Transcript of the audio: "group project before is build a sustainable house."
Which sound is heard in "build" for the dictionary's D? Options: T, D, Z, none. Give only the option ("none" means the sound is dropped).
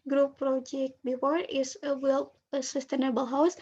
none